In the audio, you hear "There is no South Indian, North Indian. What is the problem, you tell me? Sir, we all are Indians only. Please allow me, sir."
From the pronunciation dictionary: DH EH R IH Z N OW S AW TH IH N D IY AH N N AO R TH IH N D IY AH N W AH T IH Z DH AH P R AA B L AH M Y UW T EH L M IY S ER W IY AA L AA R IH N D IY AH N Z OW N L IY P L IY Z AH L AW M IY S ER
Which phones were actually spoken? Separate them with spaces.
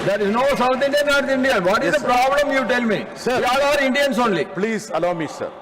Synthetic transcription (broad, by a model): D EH R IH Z N OW S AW T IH N D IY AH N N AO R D IH N D IY AH N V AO T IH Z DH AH P R AA B L AH M Y UW T EH L M IY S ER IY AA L AA R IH N D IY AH N S OW N L IY P L IY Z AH L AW M IY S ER